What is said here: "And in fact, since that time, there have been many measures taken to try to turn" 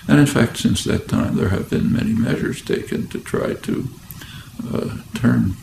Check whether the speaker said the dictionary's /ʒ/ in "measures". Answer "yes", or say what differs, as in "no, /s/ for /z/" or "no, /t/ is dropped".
yes